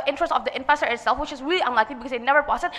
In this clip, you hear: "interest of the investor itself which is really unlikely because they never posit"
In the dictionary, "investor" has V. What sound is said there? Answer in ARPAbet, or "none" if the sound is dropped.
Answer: F